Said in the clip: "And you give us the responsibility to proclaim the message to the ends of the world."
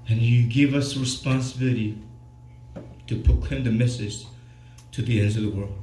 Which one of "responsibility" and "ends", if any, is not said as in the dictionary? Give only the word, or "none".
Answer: none